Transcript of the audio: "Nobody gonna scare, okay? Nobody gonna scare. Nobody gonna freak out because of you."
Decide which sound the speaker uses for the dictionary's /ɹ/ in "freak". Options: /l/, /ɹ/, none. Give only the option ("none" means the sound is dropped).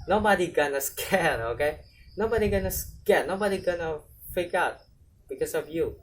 none